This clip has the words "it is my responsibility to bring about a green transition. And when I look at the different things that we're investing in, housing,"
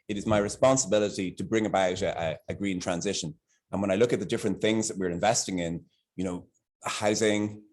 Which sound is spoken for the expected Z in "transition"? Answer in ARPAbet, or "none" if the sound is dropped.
Z